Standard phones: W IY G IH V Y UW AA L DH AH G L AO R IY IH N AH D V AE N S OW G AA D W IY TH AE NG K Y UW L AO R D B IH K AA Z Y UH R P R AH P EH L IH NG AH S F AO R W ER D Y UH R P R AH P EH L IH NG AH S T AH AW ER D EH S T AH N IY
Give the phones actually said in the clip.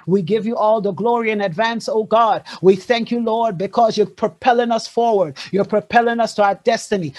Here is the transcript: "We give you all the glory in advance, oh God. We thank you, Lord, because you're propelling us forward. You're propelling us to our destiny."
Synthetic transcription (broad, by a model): W IY G IH V Y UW AA L DH AH G L AO R IY IH N AH D V AE N S OW G AA D W IY TH AE NG K Y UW L AO R D B IH K AA Z Y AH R P R AH P EH L IH NG AH S F AO R W ER D Y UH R P R AH P EH L IH NG AH S T AH AW ER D EH S T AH N IY